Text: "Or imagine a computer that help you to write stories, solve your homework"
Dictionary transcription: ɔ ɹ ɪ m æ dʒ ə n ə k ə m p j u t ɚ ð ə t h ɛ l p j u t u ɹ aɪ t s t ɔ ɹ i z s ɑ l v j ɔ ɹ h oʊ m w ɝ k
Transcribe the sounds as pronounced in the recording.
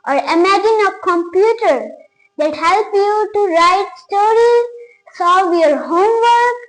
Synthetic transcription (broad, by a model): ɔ ɹ ɪ m æ dʒ ə n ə k ə m p j u t ɚ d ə t h ɛ l p j u t u ɹ aɪ t s t ɔ ɹ i z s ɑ v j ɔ ɹ h oʊ m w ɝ k